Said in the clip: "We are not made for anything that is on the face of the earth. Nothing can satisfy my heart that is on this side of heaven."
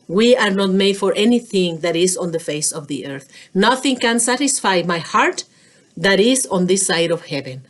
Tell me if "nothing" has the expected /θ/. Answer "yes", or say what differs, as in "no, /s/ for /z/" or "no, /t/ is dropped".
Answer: yes